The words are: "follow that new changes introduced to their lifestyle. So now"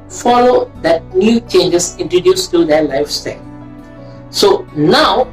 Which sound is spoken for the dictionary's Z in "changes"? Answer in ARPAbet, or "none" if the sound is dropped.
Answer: S